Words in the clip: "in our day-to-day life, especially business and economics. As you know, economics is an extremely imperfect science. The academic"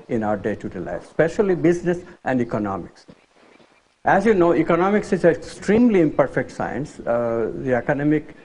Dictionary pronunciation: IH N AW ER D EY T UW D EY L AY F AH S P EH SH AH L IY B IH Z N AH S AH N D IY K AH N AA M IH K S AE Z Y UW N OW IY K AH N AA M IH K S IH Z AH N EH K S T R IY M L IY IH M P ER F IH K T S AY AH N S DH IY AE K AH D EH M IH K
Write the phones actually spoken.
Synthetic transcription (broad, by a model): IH N AW ER D EY T UW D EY L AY AH S P EH SH AH L IY B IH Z N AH S AH N D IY K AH N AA M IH K S AE Z Y UW N OW IY K AH N AA M IH K S IH Z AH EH K S T R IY M L IY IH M P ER F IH K T S AY AH N S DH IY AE K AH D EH M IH K